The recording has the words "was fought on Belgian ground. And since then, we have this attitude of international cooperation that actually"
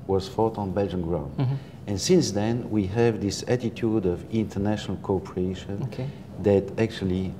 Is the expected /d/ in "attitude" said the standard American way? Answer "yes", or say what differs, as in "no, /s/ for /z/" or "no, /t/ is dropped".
yes